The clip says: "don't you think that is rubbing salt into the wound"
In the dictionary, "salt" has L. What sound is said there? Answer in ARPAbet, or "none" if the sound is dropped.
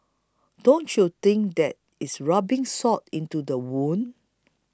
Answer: none